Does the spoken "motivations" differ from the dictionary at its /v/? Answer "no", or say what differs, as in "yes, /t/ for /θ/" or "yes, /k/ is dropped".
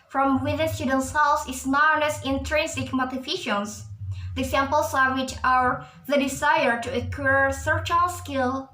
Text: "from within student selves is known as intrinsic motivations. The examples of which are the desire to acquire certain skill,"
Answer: yes, /f/ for /v/